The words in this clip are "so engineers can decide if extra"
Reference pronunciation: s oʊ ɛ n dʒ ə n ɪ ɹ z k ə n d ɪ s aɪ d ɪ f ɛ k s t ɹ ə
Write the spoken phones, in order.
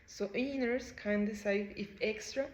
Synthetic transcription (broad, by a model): s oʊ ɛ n ə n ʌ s k ə n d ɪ s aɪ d ɪ f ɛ k s t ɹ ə